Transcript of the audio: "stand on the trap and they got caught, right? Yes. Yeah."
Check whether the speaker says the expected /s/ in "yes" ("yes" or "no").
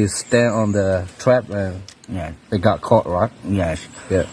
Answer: no